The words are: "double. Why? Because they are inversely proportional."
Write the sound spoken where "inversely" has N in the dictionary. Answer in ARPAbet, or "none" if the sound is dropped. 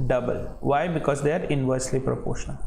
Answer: N